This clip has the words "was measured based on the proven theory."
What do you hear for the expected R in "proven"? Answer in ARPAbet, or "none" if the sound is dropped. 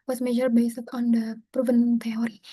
R